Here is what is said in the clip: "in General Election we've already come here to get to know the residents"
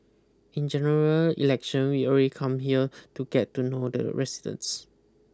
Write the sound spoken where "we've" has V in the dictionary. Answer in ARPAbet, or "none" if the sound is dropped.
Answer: none